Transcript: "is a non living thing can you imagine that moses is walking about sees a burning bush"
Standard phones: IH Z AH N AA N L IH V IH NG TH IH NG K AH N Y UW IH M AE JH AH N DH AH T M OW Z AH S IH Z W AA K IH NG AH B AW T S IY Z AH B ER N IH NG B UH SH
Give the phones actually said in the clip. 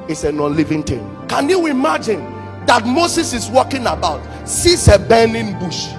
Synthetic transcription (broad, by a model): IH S AH N AA N L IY V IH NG T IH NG K AH N Y UW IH M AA JH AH N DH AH T M OW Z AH S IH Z W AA K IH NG AH B AW T S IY S AH B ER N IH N B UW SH